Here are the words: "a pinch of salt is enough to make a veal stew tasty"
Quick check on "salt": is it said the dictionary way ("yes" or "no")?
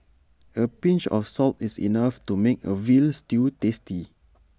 yes